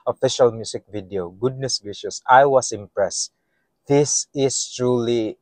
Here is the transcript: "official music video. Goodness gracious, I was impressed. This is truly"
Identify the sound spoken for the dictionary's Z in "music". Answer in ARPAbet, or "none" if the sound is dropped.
S